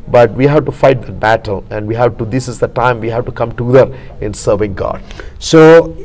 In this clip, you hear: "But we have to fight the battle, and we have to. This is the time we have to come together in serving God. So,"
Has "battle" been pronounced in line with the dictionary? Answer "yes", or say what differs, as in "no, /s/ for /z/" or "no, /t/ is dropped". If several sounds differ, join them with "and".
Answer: yes